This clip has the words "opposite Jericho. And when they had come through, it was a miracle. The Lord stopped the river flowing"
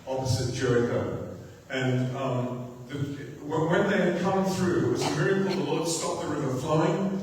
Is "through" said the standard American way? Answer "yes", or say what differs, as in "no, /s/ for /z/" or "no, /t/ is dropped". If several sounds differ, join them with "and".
yes